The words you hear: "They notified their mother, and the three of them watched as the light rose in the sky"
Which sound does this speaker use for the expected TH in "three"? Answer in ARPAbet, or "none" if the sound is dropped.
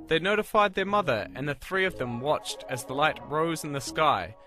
TH